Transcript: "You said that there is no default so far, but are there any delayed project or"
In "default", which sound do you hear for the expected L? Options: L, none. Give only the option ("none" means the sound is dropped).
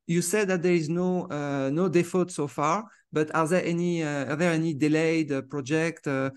none